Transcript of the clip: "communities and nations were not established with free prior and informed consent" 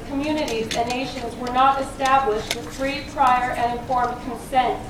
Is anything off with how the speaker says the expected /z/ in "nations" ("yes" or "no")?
no